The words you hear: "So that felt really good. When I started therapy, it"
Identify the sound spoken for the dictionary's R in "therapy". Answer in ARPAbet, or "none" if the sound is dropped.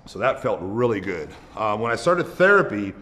R